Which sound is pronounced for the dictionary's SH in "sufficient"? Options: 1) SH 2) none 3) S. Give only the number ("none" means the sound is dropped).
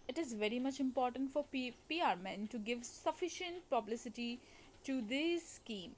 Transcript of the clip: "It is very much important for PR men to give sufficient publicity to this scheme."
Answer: 1